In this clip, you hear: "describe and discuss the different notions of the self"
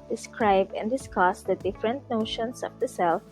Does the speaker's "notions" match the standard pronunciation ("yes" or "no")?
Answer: no